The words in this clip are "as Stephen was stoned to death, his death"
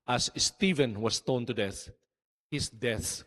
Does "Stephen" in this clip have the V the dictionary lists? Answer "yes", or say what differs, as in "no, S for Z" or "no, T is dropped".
yes